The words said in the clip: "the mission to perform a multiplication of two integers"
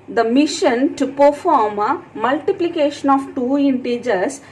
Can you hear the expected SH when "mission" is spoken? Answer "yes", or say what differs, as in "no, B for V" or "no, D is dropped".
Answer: yes